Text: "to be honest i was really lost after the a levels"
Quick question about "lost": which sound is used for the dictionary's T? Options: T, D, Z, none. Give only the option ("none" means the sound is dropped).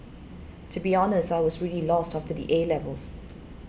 T